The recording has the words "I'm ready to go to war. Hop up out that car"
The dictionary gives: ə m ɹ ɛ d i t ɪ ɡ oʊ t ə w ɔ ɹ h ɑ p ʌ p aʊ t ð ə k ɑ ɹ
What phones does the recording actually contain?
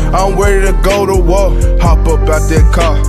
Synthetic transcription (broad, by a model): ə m w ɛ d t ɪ ɡ oʊ t ə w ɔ h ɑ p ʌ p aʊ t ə k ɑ